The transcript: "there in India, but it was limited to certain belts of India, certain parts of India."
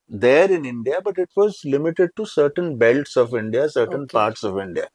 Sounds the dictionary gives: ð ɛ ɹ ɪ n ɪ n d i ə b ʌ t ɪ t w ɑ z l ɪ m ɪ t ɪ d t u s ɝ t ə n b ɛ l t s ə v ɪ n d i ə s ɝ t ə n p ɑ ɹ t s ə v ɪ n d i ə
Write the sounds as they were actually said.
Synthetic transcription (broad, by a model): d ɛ ɹ ɪ n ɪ n d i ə b ʌ t ɪ t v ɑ z l ɪ m ɪ t ɪ d t u s ɝ t ə n b ɛ l t s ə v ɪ n d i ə s ɝ t ə n p ɑ ɹ t s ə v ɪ n d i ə